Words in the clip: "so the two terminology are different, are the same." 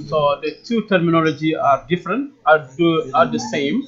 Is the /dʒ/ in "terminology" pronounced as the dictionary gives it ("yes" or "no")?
yes